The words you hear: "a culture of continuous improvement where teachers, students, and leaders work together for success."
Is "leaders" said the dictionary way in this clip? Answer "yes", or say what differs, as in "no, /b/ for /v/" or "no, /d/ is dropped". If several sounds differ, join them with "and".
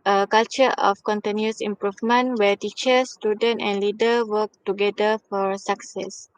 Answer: no, /z/ is dropped